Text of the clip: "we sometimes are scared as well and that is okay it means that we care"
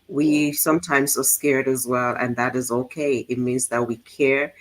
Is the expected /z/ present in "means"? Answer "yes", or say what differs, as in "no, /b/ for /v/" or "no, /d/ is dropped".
yes